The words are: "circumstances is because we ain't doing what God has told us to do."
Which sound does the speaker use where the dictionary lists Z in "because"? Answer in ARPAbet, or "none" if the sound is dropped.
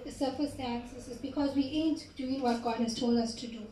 Z